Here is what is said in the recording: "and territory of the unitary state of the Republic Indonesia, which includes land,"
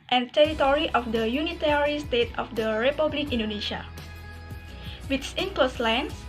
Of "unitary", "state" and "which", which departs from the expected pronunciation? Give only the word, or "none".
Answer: which